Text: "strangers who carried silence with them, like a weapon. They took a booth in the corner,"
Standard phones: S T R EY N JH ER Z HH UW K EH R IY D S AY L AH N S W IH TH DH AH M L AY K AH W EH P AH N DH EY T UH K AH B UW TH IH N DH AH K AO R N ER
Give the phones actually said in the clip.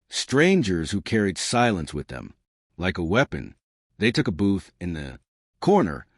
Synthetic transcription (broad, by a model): S T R EY N JH ER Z HH UW K EH R IY D S AY L AH N S W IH DH AH M L AY K AH W EH P AH N DH EY T UH K AH B UW TH IH N DH AH K AO R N ER